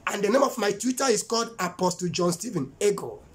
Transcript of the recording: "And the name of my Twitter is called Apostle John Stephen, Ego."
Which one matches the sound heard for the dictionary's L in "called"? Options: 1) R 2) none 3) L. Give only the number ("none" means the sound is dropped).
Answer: 3